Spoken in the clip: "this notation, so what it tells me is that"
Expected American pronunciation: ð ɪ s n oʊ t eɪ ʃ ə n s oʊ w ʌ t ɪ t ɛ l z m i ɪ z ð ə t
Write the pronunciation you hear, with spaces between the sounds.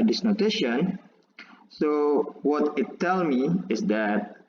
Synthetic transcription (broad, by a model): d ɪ s n oʊ t eɪ ʃ ə n s oʊ w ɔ t ɪ t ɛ l m i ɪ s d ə t